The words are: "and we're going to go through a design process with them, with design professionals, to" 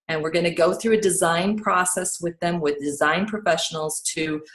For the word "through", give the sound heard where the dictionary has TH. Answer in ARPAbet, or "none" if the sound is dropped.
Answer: TH